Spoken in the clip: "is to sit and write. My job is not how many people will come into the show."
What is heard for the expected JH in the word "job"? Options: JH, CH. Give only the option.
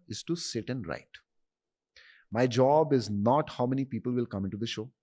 JH